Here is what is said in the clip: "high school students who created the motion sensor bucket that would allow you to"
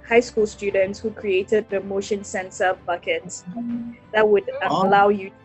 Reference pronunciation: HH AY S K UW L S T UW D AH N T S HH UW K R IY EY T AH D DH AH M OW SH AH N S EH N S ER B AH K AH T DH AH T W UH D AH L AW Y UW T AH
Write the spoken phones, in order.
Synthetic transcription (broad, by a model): HH AY S K UW L S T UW D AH N T S HH UW K R IY EY T AH D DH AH M OW SH AH N S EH N S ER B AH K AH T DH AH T W UH D AH L AW Y UW